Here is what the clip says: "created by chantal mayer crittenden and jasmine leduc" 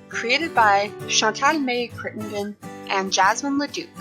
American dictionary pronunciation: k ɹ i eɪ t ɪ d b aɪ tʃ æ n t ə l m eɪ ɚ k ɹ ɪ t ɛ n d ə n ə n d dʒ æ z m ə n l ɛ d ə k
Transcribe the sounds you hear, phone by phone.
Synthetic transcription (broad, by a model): k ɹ i eɪ t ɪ d b aɪ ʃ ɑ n t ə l m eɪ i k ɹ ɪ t n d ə n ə n dʒ æ z m ə n l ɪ d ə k